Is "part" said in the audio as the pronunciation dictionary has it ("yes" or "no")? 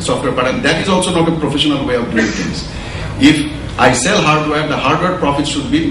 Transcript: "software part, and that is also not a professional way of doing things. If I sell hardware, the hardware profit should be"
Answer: no